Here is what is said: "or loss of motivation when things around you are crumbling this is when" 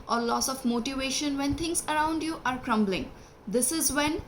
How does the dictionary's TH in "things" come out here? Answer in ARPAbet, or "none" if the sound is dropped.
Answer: T